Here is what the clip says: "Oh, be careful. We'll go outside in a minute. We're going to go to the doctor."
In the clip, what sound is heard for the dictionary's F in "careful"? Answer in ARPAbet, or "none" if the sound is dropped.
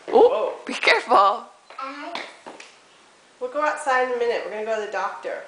F